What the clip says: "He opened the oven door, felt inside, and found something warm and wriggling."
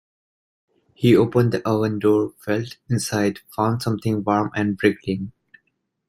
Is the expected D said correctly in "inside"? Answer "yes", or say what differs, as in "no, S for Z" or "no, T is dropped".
no, D is dropped